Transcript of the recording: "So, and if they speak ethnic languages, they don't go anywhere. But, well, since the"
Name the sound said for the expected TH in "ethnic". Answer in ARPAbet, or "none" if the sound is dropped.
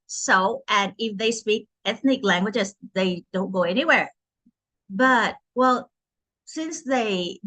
TH